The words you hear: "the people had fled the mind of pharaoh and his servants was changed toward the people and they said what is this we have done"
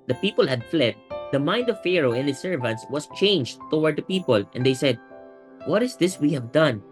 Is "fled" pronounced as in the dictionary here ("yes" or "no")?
yes